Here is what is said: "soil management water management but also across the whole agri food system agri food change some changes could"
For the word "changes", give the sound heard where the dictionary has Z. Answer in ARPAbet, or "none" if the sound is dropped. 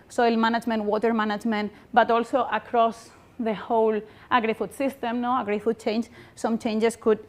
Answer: S